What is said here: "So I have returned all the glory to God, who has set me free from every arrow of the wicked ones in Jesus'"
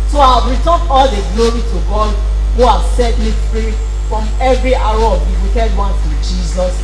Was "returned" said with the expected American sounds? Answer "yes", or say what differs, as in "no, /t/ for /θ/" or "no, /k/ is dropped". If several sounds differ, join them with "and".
no, /d/ is dropped